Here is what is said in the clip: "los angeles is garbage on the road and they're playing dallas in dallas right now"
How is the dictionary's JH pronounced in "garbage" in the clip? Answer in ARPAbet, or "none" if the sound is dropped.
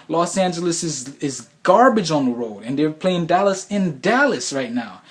JH